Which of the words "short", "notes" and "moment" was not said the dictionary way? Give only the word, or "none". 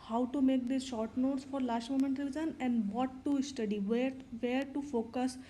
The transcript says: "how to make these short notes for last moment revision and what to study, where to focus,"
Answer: none